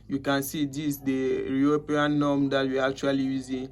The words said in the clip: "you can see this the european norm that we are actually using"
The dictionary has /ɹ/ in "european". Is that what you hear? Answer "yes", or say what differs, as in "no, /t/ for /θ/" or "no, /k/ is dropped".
no, /ɹ/ is dropped